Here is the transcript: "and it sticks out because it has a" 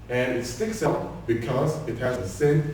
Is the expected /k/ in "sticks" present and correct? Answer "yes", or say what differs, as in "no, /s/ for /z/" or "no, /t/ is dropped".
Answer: yes